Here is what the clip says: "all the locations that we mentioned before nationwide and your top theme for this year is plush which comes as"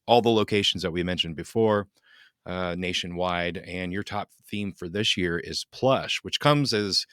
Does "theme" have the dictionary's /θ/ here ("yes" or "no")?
yes